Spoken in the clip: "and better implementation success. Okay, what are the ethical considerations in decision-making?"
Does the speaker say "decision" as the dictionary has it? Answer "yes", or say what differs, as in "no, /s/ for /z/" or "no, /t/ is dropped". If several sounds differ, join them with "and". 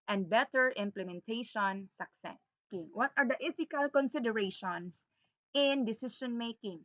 no, /ʃ/ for /ʒ/